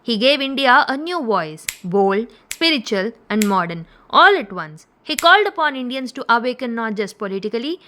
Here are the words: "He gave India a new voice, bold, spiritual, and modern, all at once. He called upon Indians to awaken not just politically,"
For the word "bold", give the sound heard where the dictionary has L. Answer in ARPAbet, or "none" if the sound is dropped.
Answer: L